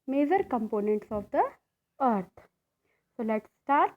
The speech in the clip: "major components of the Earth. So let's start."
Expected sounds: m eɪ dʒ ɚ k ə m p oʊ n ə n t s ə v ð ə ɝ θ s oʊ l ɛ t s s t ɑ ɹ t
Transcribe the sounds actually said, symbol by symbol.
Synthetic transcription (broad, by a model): m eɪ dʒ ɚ k ə m p oʊ n ə n t s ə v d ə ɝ t s oʊ l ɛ t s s t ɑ ɹ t